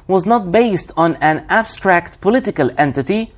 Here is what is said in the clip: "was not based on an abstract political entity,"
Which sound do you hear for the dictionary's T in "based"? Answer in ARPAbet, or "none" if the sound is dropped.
T